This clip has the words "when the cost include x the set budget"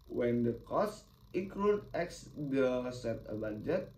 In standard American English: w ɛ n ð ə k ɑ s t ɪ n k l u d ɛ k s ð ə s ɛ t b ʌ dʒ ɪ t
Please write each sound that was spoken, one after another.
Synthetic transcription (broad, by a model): w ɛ n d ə k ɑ s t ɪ k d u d ɛ k s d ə s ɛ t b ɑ dʒ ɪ t